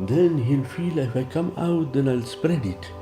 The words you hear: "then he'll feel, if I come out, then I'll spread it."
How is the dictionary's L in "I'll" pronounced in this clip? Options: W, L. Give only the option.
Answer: L